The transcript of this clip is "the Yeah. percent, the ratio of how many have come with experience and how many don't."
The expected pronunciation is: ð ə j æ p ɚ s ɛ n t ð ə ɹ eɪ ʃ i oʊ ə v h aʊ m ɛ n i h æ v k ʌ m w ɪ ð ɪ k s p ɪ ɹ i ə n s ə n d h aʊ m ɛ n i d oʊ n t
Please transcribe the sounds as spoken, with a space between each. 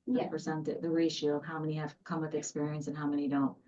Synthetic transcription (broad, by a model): j æ f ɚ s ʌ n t ð ə ɹ eɪ ʃ i oʊ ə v h aʊ m ɛ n i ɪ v k ʌ m w ɪ ð ɪ k s p ɪ ɹ i ə n s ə n h aʊ m ɛ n i d oʊ n t